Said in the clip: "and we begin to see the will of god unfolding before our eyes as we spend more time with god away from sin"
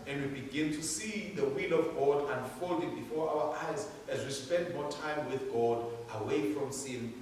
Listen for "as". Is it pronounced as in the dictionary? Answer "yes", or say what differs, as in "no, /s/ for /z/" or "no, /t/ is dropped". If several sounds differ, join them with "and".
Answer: yes